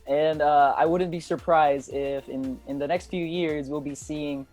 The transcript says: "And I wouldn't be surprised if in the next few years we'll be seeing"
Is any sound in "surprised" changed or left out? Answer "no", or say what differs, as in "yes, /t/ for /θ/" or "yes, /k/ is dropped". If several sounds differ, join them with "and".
no